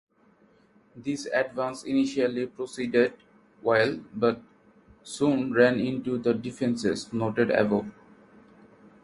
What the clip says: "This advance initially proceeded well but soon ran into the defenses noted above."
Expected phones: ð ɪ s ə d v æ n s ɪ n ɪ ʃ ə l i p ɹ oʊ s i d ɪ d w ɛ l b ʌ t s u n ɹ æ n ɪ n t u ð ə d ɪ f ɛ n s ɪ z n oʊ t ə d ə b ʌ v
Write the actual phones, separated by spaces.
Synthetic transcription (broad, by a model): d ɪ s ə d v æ n s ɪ n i ʃ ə l i p ɹ oʊ s i d ɪ d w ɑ l b ʌ t s u n ɹ æ n ɪ n t u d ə d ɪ f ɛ n s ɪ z n oʊ t ə d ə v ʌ